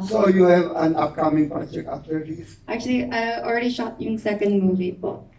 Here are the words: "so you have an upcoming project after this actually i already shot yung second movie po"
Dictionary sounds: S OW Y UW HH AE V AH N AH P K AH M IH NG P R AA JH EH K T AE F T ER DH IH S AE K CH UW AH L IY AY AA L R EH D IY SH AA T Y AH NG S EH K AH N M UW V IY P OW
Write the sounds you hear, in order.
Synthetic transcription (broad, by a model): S OW Y UW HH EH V AH N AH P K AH M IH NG P R AA JH EH K T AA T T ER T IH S AE K CH UW AH L IY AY AA L R EH D IY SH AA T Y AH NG S EH K AH N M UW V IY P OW